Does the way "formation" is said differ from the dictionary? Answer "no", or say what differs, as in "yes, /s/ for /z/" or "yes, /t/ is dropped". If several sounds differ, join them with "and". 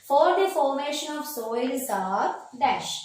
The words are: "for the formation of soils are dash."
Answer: no